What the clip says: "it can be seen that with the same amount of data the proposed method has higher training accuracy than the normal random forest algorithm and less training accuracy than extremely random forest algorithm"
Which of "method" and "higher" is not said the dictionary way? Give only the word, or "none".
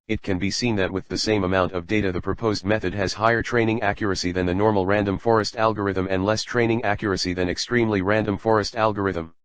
none